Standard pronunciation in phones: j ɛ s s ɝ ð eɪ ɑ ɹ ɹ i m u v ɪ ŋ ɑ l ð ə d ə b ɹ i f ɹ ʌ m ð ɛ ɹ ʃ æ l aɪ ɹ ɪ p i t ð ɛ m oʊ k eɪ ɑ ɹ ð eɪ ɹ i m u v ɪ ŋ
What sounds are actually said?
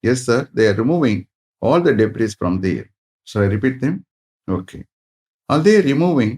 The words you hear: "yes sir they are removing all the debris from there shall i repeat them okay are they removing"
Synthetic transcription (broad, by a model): j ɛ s s ɝ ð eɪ ɑ ɹ ɹ i m u v ɪ ŋ ɑ l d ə d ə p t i f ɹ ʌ m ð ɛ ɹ s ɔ aɪ ɹ ɪ p i t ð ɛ m oʊ k eɪ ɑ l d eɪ ɹ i m u v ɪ ŋ